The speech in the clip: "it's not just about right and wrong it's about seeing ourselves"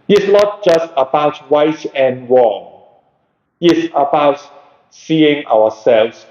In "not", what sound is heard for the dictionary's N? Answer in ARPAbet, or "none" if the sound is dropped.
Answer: N